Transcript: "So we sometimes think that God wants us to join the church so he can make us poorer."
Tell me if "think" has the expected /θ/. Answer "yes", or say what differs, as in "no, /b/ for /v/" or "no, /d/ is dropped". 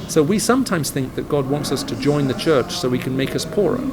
yes